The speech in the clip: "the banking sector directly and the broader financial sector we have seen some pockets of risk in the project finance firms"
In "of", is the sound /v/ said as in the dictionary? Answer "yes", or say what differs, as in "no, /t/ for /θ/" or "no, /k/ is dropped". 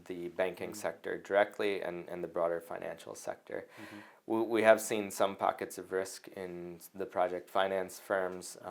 yes